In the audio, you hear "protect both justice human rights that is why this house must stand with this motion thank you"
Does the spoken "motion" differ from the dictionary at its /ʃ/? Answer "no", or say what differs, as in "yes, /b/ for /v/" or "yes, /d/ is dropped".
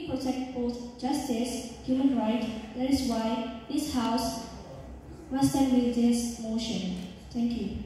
no